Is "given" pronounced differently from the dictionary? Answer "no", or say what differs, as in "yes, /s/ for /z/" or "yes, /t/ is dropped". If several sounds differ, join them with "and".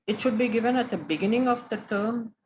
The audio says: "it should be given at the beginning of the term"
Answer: no